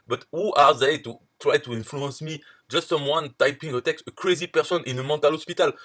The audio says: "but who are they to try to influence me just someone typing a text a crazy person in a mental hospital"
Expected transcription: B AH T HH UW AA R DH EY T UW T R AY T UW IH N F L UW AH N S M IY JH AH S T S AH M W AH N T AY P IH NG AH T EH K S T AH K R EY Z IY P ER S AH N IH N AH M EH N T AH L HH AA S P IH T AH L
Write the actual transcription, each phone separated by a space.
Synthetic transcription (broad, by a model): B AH T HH UW AA R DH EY T UW T R AY T UW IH N F L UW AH N S M IY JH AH S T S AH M W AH N T AY P IH NG AH T EH K S T AH K R EY Z IY P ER S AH N IH N AH M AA T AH L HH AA S P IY T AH L